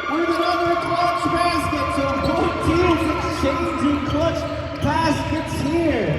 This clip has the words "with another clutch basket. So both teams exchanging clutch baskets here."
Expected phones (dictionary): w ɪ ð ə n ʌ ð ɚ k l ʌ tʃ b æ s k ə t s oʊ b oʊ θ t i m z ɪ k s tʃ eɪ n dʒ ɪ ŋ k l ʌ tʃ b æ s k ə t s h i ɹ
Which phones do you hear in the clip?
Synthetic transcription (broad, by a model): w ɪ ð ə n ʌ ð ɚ k l ʌ tʃ b æ s k ə t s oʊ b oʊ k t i z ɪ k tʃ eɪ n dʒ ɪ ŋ k l ʌ tʃ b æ s k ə t s h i ɹ